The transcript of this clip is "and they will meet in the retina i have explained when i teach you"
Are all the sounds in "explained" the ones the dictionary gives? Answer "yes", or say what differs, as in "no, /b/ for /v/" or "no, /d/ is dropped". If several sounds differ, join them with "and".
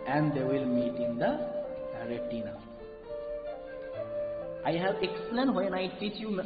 no, /p/ is dropped